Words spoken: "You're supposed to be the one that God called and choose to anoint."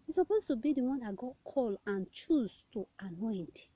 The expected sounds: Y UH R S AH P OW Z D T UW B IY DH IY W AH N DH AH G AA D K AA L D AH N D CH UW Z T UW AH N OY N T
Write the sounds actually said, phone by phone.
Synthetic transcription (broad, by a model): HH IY S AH P OW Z T UW B IY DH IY W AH N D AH G AA D K AA L AH N CH UW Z T UW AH N OY N T